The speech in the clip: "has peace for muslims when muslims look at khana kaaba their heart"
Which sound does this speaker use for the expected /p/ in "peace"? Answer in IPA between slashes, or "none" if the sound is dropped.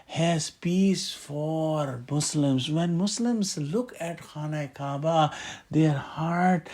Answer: /p/